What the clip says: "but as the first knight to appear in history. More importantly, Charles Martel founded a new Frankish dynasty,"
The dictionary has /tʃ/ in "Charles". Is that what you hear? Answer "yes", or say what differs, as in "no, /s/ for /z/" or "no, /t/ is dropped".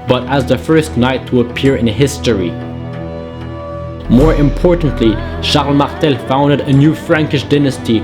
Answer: no, /ʃ/ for /tʃ/